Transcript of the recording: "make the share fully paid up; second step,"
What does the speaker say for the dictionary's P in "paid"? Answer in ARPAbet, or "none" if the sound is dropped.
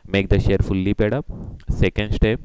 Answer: P